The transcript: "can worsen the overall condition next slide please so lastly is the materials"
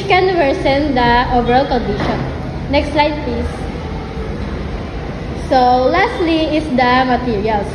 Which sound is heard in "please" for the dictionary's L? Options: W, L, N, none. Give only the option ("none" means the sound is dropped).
none